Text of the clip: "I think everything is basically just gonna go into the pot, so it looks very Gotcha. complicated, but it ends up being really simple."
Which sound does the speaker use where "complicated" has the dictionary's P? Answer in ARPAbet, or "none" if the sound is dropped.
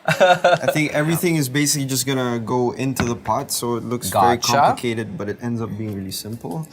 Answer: none